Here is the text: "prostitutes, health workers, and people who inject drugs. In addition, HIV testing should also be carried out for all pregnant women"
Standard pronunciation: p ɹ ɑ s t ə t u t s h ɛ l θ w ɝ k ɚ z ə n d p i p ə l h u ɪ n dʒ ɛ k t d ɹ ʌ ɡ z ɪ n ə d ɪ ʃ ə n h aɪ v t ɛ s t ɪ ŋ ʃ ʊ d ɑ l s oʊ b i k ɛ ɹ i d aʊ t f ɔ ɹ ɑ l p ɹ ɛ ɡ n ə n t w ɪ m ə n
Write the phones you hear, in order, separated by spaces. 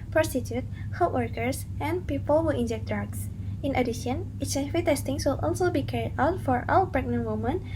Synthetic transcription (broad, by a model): p ɹ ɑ s t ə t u t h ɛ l t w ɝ k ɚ s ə n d p i p ə l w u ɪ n dʒ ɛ k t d ɹ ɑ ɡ s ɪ n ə d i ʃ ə n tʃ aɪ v t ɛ s t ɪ ŋ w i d ɑ l s oʊ b i k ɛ ɹ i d aʊ t f ɔ ɹ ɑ w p ɹ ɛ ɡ n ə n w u m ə n